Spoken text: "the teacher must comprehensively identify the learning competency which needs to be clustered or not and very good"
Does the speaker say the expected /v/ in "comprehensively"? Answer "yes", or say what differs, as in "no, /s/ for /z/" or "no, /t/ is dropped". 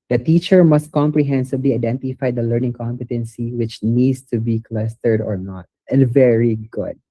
no, /b/ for /v/